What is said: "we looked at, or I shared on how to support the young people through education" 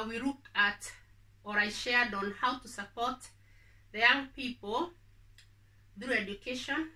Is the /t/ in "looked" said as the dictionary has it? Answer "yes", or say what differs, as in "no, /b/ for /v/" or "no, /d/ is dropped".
no, /t/ is dropped